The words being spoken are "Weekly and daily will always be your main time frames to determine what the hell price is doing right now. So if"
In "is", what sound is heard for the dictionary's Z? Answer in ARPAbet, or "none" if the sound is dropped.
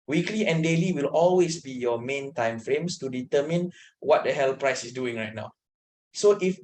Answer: S